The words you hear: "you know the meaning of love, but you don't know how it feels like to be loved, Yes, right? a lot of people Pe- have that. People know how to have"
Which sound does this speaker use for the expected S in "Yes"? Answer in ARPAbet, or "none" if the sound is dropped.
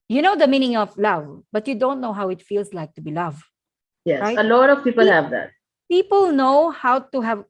none